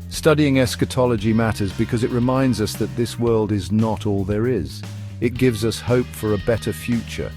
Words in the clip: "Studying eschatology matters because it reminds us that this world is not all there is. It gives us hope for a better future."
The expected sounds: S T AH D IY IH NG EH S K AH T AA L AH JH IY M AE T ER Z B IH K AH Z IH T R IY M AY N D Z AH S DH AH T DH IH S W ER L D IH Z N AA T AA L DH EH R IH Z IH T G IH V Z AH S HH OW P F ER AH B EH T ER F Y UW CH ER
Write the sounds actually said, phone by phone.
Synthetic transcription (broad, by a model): S T AH D IY IH NG EH S K AH T AA L AH JH IY M AE T ER Z B IH K AH Z IH T R IY M AY N D Z AH S DH AH T DH IH S W ER L D IH Z N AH T AA L DH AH R IH Z IH T G IH V Z AH S HH OW P F ER AH B EH T ER F Y UW CH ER